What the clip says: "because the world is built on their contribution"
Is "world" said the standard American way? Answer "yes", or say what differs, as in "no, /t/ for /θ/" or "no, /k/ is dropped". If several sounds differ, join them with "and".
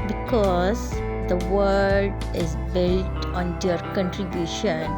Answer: no, /l/ is dropped